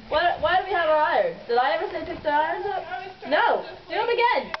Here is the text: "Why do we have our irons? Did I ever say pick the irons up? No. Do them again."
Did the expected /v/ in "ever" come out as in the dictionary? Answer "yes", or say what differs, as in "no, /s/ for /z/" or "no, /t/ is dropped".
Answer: yes